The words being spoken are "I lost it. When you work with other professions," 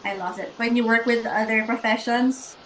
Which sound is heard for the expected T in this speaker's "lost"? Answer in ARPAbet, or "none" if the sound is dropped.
none